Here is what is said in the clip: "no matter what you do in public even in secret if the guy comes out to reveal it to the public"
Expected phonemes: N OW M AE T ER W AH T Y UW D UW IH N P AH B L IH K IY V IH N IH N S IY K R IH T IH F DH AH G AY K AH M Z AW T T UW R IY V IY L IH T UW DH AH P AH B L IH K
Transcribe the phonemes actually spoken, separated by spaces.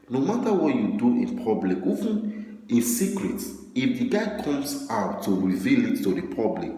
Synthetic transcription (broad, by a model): N OW M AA T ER W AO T Y UW D UW IH N P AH B L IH K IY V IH N IH N S IY K R IH T IH F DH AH G AY K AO M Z AW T T UW R IY V IY L IH T UW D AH P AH B L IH K